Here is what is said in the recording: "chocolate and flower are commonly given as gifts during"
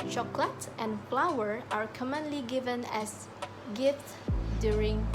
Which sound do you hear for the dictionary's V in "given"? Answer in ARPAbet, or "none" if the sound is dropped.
V